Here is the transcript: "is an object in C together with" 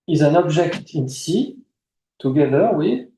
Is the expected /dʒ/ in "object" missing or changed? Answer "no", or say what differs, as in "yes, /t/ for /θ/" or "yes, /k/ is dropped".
yes, /ʒ/ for /dʒ/